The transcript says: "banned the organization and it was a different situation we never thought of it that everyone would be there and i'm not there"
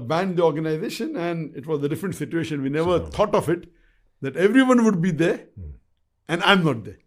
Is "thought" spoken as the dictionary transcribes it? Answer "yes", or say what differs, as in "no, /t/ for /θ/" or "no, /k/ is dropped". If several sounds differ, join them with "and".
no, /t/ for /θ/